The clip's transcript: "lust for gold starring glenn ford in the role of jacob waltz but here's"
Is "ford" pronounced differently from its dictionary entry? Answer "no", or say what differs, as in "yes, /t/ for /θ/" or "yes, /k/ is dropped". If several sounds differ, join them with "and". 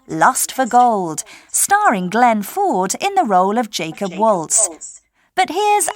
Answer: no